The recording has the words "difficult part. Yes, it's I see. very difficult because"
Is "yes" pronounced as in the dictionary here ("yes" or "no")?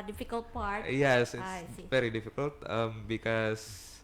yes